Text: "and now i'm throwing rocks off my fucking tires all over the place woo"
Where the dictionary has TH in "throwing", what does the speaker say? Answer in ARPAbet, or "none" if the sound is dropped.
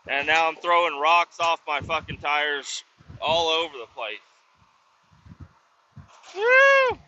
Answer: TH